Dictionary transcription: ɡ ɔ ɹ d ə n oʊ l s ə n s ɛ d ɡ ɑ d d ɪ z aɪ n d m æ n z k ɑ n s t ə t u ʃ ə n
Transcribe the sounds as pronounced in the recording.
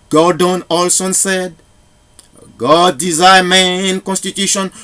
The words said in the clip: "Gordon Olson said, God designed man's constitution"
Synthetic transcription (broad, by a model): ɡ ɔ d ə n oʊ l s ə n s ɛ d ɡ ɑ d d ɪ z aɪ m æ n k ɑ n s t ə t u ʃ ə n